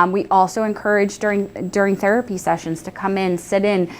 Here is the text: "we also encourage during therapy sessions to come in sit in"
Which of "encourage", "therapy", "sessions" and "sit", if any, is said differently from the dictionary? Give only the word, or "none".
none